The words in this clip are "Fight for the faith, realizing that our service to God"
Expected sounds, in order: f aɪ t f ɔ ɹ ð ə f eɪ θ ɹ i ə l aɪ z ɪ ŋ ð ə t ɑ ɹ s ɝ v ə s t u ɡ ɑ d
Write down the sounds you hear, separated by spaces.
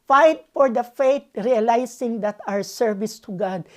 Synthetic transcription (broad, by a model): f aɪ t f ɔ ɹ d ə f eɪ t ɹ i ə l aɪ s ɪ ŋ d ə t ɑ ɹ s ɝ v ə s t u ɡ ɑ d